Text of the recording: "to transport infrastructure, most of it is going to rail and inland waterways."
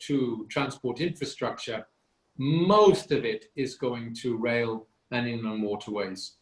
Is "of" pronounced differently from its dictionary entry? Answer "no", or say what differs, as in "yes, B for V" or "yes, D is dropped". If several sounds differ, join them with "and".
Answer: no